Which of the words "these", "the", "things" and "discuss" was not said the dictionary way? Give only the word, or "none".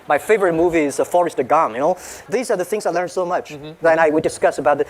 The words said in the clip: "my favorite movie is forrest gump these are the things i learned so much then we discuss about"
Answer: none